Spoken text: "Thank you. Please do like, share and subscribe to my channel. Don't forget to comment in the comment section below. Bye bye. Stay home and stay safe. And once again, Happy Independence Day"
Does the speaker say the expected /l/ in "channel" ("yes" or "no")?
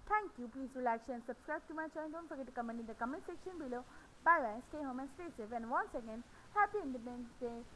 no